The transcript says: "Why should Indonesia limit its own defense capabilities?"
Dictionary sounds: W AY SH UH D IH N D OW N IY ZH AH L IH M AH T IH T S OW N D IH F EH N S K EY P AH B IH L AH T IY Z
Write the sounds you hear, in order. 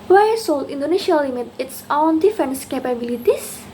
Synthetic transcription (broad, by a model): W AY S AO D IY N D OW N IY SH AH L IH M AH T IH T S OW N D IH F EH N S K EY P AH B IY L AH T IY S